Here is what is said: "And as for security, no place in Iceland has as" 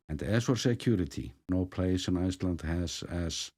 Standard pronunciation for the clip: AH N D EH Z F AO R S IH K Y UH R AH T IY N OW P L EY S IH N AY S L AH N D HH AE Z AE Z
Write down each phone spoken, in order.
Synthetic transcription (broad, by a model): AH N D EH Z F AO R S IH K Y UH R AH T IY N OW P L EY S IH N AY S L AH N D HH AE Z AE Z